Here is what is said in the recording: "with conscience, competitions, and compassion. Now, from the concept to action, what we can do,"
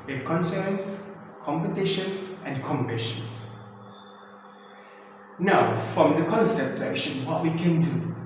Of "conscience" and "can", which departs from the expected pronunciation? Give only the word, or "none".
conscience